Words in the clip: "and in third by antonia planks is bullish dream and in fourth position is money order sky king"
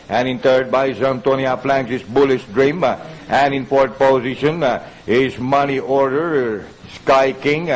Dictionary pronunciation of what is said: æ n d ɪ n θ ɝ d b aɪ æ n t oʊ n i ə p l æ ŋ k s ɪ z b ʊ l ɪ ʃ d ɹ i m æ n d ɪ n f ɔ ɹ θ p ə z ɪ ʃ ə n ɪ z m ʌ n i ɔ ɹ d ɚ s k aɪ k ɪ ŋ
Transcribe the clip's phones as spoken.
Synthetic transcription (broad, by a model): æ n ɪ n t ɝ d b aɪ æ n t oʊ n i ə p l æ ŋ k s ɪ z b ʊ l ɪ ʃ d ɹ i m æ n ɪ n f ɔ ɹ t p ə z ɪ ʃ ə n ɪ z m ʌ n i ɔ ɹ d ɚ s k aɪ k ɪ ŋ